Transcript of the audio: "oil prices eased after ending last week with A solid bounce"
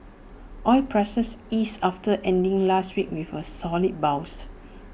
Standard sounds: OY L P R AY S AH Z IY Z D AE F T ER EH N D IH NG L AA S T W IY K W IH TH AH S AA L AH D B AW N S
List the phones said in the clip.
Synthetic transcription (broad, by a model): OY L P R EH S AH S IY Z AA F T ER EH N D IH NG L AA S T W IY K W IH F AH S AA L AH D B AW S